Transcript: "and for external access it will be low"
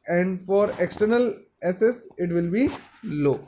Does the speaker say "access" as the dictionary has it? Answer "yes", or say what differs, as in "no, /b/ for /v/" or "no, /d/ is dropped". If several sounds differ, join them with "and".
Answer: no, /k/ is dropped